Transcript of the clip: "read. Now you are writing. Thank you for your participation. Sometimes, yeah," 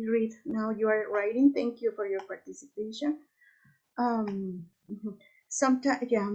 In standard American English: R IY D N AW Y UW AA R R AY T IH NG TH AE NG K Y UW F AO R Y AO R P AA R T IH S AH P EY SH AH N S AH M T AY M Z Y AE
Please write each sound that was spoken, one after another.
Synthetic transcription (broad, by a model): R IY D N AW Y UW AA R R AY T IH NG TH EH NG K Y UW F AO R Y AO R P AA R T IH S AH P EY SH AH N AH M S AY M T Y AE